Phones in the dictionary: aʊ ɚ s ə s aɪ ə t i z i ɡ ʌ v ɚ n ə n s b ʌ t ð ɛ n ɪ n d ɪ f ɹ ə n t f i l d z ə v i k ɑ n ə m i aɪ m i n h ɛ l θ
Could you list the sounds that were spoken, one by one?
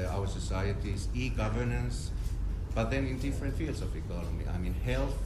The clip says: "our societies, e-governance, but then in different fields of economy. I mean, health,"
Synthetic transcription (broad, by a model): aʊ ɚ s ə s aɪ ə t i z i ɡ ʌ v ɚ n ə n s b ʌ t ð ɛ n ɪ n d ɪ f ɹ ə n t f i l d s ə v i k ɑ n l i aɪ m i n h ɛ l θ